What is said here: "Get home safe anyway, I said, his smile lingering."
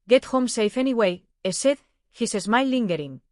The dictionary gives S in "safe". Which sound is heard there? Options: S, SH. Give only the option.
S